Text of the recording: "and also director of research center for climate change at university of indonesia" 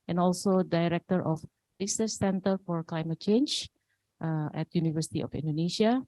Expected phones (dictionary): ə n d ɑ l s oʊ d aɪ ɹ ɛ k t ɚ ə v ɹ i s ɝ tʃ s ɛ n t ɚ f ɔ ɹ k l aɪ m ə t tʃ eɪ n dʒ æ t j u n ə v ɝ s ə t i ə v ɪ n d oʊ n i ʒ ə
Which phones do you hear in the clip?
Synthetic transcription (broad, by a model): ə n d ɑ l s oʊ d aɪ ɹ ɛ k t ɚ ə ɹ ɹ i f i s s ɛ n t ɚ f ɔ ɹ k l aɪ m ə t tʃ eɪ n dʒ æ t j u n ə v ɝ s ə t i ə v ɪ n d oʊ n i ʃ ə